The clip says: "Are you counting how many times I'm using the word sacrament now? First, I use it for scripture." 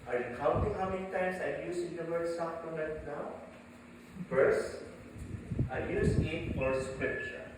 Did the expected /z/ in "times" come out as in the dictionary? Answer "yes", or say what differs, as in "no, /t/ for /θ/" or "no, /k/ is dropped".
no, /s/ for /z/